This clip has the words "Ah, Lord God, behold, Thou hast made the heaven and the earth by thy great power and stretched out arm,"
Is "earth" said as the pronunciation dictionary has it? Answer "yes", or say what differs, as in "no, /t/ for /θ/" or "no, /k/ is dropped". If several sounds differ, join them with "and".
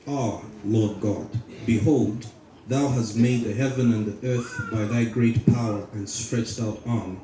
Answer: yes